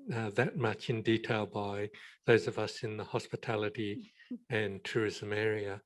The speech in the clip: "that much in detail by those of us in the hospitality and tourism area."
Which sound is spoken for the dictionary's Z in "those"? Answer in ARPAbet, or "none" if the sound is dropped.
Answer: Z